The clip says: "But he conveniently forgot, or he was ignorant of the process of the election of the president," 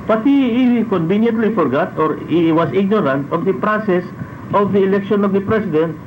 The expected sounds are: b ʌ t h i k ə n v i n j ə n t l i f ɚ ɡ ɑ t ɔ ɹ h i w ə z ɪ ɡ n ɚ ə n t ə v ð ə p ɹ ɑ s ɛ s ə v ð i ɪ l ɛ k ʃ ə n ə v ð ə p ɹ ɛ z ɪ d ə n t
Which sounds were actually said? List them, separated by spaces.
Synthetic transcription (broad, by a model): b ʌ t h i k ə n v i n j ə n t l i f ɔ ɡ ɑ t ɔ ɹ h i w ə s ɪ ɡ n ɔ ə n t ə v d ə p ɹ ɑ s ɛ s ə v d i ɪ l ɛ k ʃ ə n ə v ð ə p ɹ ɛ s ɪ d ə n t